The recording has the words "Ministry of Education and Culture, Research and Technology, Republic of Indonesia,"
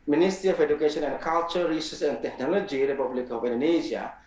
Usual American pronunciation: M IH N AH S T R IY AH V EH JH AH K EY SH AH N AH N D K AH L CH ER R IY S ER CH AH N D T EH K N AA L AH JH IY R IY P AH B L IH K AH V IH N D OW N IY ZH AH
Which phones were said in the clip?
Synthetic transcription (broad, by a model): M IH N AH S T R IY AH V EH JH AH K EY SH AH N AH N D K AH L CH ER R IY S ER S AH N D T EH K N AA L AH JH IY R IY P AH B L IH K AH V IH N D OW N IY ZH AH